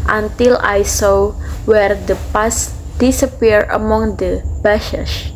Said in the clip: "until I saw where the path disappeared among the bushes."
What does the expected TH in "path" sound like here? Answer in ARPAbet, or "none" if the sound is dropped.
S